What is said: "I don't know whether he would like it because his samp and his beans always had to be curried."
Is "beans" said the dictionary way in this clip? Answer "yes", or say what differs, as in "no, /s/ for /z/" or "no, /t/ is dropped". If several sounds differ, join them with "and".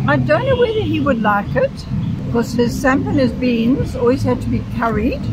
yes